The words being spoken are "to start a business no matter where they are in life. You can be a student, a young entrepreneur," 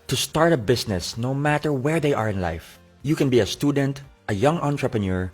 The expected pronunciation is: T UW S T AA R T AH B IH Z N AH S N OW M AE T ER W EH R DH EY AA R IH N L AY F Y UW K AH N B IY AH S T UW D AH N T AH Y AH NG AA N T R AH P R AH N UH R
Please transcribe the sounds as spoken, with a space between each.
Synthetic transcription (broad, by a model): T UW S T AA R T AH B IH S N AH S N OW M AE T ER W EH R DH EY AA R IH N L AY F Y UW K AH N B IY AH S T UW D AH N T AH Y AH NG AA N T R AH P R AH N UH R